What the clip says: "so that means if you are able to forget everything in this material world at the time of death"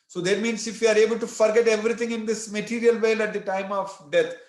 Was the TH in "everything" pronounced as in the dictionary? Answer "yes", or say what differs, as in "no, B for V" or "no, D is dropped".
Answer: no, T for TH